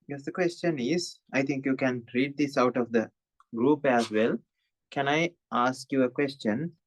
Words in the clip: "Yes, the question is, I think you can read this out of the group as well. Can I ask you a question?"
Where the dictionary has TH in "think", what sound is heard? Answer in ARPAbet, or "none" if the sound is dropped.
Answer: T